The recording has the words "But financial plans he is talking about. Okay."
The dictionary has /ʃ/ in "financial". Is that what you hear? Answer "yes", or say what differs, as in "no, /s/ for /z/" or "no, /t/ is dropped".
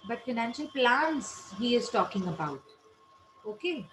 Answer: yes